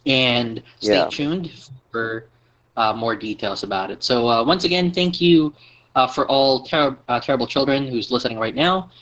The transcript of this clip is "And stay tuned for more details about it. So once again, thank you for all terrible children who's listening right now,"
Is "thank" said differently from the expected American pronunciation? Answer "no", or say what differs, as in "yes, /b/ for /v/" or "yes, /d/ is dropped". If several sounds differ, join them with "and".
no